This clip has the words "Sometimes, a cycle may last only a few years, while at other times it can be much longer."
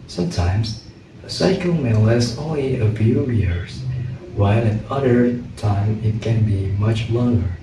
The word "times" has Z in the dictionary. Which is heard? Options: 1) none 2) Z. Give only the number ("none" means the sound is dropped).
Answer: 1